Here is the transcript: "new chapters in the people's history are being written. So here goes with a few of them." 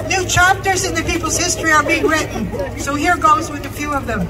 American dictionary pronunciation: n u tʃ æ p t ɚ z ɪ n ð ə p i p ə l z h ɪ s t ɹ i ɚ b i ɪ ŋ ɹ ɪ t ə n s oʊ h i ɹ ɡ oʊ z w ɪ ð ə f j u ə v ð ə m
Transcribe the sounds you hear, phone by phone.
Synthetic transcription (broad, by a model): n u tʃ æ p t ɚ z ɪ n ð ə p i p l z h ɪ s t ɹ i ɚ b i ɪ ŋ ɹ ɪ t n s oʊ h i ɹ ɡ oʊ z w ɪ ð ə f j u ə v ð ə m